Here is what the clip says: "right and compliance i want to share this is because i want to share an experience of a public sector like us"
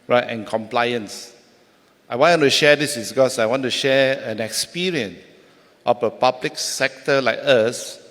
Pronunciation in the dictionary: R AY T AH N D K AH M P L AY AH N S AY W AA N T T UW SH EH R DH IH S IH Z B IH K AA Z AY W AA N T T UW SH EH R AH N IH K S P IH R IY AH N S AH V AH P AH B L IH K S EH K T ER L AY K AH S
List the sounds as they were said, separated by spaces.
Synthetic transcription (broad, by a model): R AY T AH N K AH M P L AY AH N S AY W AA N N T UW SH EH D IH S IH S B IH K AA S AY W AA N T T UW SH EH AH N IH K S P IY R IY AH N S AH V AH P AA B L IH K S EH K T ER L AY K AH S